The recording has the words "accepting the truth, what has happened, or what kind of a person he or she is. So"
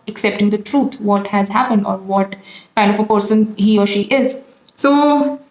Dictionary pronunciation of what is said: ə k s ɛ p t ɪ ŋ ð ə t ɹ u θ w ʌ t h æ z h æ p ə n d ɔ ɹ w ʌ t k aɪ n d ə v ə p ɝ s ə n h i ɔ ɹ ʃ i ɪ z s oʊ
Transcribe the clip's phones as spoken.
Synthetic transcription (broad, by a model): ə k s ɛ p t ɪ ŋ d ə t ɹ u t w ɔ t h æ z h æ p ə n d ɔ ɹ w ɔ t k aɪ n d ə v ə p ɝ s ə n h i ɔ ɹ ʃ i ɪ z s oʊ